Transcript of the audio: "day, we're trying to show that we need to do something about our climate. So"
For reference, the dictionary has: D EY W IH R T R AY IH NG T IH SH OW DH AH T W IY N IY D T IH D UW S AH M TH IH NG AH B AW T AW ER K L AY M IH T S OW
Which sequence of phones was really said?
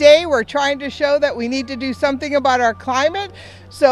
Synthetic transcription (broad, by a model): EY W IH R T R AY IH NG T IH SH OW DH AH T W IY N IY D T IH D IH S AH M TH IH NG AH B AW T AW ER K L AY M IH T S OW